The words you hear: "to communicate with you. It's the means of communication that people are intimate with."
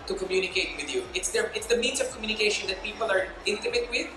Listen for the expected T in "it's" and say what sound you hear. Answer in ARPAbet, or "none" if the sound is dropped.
T